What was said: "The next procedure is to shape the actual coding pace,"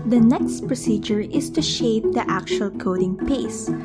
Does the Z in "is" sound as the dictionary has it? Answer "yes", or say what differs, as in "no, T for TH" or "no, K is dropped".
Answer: no, S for Z